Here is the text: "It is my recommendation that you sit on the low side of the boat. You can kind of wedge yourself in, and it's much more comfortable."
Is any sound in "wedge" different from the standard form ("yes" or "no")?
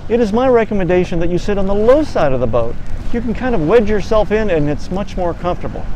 no